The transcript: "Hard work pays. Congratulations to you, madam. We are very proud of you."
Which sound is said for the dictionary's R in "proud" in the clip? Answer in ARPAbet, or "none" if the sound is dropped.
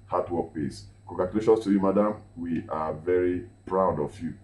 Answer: R